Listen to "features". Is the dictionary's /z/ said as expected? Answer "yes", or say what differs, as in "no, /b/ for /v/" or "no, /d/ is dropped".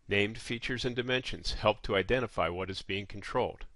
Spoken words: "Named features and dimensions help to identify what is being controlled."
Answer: yes